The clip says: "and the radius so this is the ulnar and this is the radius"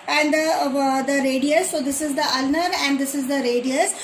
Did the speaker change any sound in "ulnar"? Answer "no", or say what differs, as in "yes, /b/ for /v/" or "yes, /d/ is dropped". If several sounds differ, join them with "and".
no